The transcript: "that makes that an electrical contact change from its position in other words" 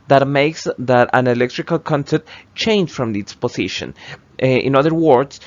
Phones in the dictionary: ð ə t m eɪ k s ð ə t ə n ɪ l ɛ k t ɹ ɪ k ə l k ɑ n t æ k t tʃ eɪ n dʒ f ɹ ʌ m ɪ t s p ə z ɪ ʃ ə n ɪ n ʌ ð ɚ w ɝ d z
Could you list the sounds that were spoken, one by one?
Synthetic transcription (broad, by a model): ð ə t m eɪ k s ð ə t ə n ɪ l ɛ k t ɹ ɪ k ə l k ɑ n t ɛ t tʃ eɪ n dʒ f ɹ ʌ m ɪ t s p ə s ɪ ʃ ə n ɪ n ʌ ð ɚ w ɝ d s